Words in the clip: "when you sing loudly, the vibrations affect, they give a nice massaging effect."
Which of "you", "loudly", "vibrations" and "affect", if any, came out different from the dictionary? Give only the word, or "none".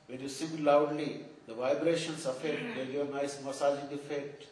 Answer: vibrations